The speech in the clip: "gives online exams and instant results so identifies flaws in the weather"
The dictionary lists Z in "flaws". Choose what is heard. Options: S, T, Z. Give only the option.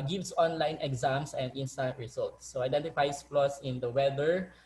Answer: S